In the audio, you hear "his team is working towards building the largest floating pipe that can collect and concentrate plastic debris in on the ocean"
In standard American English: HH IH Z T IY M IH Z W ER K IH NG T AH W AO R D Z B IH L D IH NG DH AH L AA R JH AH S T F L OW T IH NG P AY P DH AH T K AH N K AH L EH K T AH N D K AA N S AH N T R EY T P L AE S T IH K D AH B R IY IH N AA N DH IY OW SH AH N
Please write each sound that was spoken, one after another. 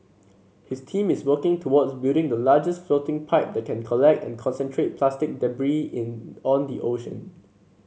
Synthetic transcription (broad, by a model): HH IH S T IY M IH S W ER K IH NG T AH W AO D S B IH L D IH NG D AH L AA JH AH S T F L OW T IH NG P AY P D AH T K AH N K AH L EH K T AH N K AA N S AH N T R EY T P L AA S T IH K D AH B R IY IH N AA N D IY OW SH AH N